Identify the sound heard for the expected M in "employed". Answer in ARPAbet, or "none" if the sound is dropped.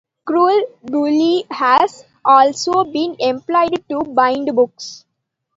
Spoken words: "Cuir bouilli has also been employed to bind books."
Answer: M